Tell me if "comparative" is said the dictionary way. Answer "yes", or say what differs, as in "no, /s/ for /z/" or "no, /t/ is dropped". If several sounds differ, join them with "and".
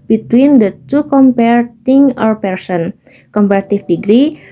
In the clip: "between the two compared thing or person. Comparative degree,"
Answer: no, /f/ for /v/